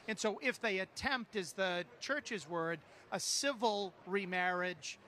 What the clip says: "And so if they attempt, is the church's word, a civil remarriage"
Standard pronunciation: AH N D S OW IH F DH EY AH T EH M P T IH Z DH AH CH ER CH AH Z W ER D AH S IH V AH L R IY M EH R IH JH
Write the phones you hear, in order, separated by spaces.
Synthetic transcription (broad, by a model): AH N S OW IH F DH EY AH T EH M P T IH Z DH AH CH ER CH AH Z W ER D AH S IH V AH L R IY M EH R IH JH